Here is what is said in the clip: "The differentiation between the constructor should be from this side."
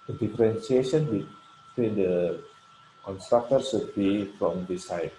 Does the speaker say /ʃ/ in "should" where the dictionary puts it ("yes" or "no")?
no